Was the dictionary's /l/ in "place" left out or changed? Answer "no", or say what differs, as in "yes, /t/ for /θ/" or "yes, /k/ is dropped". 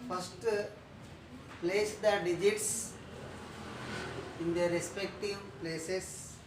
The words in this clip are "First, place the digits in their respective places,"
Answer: no